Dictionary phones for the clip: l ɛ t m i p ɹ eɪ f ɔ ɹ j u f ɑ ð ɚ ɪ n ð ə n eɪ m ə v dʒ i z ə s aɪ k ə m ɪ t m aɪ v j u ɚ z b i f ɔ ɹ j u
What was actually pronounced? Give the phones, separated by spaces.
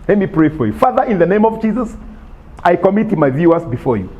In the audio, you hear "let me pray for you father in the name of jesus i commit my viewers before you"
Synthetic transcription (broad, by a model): l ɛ t m i p ɹ eɪ f ɔ ɹ j u f ɑ ð ɚ ɪ n ð ə n eɪ m ə v dʒ i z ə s aɪ k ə m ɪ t m aɪ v j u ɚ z b i f ɔ ɹ j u